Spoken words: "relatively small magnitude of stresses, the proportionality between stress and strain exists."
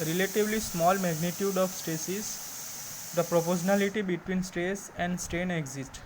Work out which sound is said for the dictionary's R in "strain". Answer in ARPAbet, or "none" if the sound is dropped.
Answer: none